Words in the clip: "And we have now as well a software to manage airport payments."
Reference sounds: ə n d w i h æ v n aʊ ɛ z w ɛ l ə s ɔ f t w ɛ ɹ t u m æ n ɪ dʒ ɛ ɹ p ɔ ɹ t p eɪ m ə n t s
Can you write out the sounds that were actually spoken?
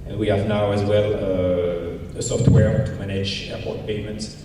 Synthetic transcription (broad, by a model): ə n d w i h æ v n aʊ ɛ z w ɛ l ə s ɔ f t w ɛ ɹ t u m æ n ɪ dʒ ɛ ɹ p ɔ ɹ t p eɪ m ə n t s